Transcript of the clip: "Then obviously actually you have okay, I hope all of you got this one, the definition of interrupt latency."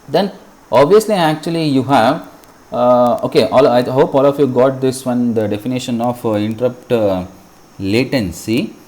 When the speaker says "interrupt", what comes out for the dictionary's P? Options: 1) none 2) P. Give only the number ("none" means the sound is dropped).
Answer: 2